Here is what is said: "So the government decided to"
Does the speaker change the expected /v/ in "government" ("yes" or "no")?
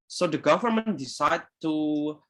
no